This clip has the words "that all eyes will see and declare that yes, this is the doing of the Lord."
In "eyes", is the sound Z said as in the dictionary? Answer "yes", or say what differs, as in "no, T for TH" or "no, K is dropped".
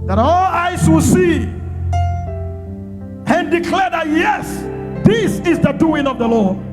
no, S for Z